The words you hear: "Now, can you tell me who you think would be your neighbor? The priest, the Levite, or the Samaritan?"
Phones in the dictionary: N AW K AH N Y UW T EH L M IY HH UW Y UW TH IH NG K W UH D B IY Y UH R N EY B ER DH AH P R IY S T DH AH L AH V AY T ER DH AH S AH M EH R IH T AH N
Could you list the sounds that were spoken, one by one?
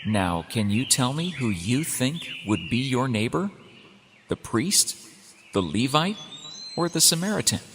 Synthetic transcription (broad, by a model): N AW K AH N Y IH T EH L M IY HH UW Y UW TH IH NG K W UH D B IY Y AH R N EY B ER DH AH P R IY S T DH AH L AH V AY T ER DH AH S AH M EH R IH T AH N